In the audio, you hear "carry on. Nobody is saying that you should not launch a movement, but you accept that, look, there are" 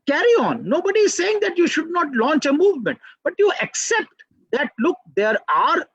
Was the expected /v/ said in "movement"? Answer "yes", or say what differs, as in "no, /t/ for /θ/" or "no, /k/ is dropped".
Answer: yes